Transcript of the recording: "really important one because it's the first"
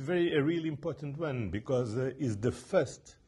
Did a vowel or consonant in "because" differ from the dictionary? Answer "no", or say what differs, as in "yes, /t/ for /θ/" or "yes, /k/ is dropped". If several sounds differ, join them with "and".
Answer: no